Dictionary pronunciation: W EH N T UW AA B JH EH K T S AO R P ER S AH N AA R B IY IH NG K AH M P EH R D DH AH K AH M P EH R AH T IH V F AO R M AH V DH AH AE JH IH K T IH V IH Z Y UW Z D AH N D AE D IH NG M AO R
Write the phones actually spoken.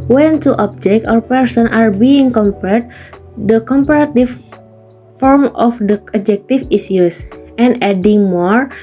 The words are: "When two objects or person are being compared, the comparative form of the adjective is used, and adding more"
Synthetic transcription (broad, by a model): W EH N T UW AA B JH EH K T AO R P ER S AH N AA R B IY IH NG K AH M P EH R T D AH K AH M P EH R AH T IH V F AO R M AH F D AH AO JH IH K T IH F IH S Y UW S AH N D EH D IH NG M AO R